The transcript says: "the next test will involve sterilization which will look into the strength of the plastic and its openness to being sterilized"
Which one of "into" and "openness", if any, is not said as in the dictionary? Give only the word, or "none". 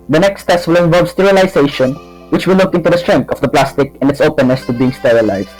none